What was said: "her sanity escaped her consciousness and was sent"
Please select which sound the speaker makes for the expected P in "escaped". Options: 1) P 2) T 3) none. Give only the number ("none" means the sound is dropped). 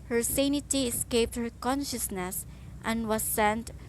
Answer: 1